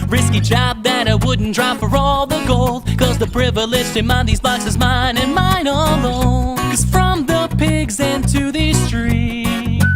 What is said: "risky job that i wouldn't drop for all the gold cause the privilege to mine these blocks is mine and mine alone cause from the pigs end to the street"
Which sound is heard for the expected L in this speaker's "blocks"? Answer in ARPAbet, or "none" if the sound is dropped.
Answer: none